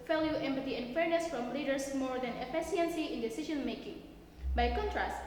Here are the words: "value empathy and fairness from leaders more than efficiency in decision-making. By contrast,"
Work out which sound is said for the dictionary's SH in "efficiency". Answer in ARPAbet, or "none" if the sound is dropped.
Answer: S